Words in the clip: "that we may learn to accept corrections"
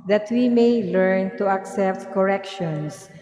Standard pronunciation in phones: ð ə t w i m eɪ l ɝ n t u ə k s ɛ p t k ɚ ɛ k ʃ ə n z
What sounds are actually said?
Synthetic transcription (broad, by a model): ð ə t w i m eɪ l ɝ n t u ə k s ɛ p t k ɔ ɛ k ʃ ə n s